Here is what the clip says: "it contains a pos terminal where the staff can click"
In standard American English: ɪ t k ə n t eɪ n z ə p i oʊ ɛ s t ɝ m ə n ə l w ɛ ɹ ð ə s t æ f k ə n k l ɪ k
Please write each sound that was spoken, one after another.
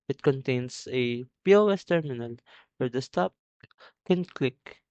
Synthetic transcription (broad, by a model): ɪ t k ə n t eɪ n s ə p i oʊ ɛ s t ɝ m ə n ə l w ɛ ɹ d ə s t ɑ p k ə n k l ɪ k